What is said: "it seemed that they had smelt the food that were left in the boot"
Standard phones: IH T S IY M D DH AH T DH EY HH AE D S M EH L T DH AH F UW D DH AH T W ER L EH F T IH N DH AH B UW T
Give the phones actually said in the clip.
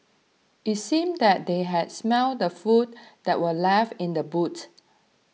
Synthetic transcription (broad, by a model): IH T S IY M D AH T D EY HH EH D S M EH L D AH F UW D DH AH T W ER L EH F IH N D AH B UW T